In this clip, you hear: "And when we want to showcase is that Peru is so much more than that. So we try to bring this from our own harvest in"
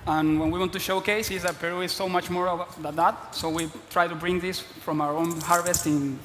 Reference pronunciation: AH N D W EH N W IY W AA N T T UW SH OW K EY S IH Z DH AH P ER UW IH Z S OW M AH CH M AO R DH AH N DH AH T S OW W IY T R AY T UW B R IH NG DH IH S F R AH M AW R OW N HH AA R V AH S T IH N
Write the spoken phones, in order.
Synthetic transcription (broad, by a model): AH N W EH N W IY W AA N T T UW SH OW K EY S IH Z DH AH P ER UW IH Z S OW M AH CH M AO R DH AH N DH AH T S OW W IY T R AY T UW B R IH NG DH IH S F R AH M AW R OW N HH AA R V AH S T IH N